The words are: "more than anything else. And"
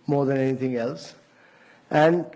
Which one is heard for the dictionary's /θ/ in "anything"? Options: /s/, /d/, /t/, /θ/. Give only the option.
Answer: /t/